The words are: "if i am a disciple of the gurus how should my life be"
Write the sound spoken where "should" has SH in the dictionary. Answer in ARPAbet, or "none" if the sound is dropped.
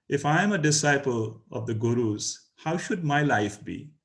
SH